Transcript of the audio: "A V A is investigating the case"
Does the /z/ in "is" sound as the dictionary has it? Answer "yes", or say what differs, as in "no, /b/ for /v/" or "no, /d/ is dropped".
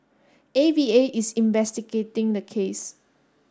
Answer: no, /s/ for /z/